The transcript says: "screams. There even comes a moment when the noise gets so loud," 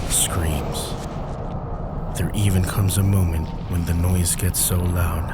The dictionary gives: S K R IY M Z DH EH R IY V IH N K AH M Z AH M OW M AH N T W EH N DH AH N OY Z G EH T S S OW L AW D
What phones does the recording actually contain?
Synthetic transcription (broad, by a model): S K R IY M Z DH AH R IY V IH N K AH M Z AH M OW M AH N T W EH N DH AH N OY Z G EH T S S OW L AW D